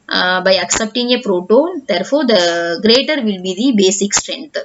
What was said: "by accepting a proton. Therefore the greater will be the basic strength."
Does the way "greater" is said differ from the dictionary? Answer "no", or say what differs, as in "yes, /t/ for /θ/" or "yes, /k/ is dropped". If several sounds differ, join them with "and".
no